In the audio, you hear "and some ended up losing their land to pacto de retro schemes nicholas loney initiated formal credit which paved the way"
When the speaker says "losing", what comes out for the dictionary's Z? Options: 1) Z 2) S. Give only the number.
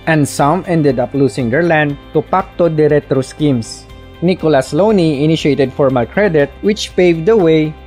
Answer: 2